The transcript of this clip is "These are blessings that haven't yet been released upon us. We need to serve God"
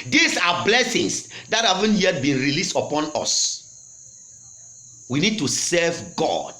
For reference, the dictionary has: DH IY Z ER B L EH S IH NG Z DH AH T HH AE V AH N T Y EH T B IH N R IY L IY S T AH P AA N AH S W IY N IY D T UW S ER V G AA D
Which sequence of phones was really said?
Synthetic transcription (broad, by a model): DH IY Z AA B L EH S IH NG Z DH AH T HH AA V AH N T Y EH T B IH N R IY L IY S T AH P AA N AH S W IY N IY D T UW S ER V G AA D